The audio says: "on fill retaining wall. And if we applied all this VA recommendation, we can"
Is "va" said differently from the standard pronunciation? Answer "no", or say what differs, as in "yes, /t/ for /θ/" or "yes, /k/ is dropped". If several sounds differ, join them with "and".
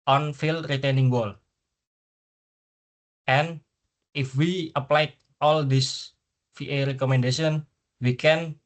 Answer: yes, /f/ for /v/